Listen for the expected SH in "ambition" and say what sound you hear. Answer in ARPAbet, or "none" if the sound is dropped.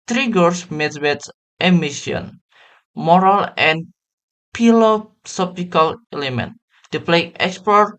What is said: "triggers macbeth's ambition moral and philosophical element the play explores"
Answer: none